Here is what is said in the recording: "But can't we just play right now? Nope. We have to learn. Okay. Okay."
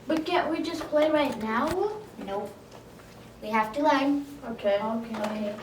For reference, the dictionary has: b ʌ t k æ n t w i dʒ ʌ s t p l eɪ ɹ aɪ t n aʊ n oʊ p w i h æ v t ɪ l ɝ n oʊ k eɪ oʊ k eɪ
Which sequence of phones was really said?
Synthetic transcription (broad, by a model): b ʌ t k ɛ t w i dʒ ʌ s p l eɪ ɹ aɪ t n aʊ n oʊ w i h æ f t ɪ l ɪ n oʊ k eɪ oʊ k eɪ